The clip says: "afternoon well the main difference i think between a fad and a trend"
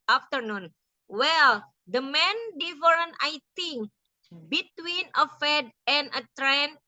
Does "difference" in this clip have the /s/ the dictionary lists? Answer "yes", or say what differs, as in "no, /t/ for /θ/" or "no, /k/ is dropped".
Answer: no, /s/ is dropped